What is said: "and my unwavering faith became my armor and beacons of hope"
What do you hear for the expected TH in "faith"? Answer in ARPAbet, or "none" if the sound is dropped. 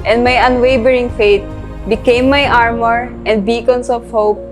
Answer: T